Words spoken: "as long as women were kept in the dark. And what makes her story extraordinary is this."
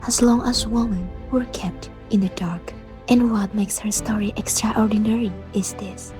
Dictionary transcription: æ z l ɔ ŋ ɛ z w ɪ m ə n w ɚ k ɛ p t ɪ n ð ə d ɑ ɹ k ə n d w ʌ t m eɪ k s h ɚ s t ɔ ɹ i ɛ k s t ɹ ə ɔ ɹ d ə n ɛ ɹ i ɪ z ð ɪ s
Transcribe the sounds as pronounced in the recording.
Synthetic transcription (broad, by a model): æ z l ɔ ŋ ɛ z w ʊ m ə n w ɚ k ɛ p t ɪ n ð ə d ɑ ɹ k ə n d w ʌ t m eɪ k s h ɚ s t ɔ ɹ i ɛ k s t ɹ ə ɔ ɹ d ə n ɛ ɹ i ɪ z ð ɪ s